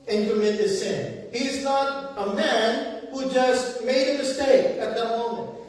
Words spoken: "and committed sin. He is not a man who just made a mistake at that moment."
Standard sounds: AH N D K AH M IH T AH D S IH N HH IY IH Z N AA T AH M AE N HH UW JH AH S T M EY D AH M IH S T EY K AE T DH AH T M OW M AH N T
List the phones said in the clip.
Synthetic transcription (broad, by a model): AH N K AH M IH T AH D S IH N HH IY IH Z N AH T AH M AE N HH UW JH AH S T M EY D AH M IH S T EY K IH T DH AH T M OW M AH N T